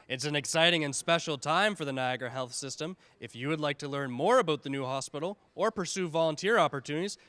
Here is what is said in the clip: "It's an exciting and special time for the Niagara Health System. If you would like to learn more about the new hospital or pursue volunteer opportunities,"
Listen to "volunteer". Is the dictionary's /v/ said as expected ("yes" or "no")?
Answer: yes